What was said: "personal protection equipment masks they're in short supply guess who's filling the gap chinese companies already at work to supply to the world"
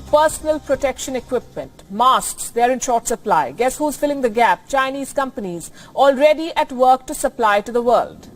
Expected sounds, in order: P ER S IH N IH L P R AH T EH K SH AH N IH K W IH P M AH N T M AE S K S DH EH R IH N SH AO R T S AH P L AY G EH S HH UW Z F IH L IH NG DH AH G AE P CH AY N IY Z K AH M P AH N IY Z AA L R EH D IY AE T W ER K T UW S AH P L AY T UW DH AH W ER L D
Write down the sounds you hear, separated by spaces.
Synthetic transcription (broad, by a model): P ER S N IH L P R AH T EH K SH AH N IH K W IH P M AH N T M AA S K S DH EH R IH N SH AO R T S AH P L AY G EH S HH UW Z F IH L IH NG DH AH G AE P CH AY N IY Z K AH M P AH N IY Z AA L R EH D IY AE T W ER K T UW S AH P L AY T UW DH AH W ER L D